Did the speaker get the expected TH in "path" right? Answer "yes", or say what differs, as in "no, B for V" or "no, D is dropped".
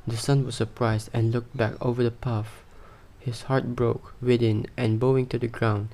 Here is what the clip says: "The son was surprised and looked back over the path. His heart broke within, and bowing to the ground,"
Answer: no, F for TH